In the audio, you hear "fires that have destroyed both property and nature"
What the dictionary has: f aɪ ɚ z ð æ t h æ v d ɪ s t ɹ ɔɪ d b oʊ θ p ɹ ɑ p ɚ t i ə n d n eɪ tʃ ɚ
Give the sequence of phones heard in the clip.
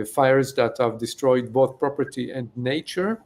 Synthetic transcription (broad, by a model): f aɪ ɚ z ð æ t h æ v d ɪ s t ɹ ɔɪ d b oʊ θ p ɹ ɑ p ɚ t i ə n d n eɪ tʃ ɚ